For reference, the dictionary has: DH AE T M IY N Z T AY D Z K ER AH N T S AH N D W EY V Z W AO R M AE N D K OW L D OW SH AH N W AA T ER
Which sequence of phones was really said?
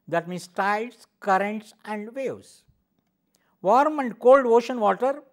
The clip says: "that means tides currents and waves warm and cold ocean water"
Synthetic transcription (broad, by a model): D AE T M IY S T AY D S K ER AH N T S AH N D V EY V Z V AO R M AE N D K OW L D OW SH AH N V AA T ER